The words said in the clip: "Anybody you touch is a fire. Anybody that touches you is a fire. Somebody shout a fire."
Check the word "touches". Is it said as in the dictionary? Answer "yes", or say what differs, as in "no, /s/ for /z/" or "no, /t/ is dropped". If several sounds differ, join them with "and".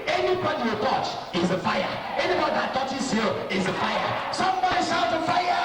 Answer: no, /s/ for /tʃ/